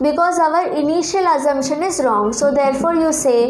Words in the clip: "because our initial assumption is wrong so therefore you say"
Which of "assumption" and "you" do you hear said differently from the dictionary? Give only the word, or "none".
assumption